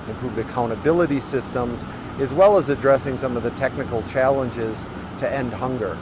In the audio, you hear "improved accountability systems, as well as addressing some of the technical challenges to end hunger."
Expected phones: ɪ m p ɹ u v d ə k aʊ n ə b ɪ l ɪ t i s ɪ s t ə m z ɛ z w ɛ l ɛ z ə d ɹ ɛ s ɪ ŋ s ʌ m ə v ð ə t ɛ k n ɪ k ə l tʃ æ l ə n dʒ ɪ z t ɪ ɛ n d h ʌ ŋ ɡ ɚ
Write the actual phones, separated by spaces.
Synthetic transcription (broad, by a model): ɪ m p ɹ u v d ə k aʊ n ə b ɪ l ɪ t i s ɪ s t ə m z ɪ z w ɛ l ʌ z ə d ɹ ɛ s ɪ ŋ s ʌ m ə v ð ə t ɛ k n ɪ k l tʃ æ l ə n dʒ ɪ z t ɪ ɛ n d h ʌ ŋ ɡ ɚ